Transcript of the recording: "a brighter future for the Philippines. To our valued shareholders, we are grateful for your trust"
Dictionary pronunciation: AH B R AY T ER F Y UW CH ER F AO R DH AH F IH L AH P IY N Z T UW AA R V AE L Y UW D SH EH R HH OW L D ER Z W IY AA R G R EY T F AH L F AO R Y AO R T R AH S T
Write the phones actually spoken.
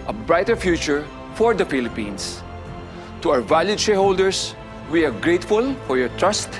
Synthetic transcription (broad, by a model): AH B R AY T ER F Y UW CH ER F AO R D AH F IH L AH P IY N S T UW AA W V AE L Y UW D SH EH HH OW L D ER S W IY AA R G R EY T F AH L F AO R Y AO R T R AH S T